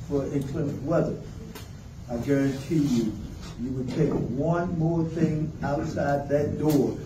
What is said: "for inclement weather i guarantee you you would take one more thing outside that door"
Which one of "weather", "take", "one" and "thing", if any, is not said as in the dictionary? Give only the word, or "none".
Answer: none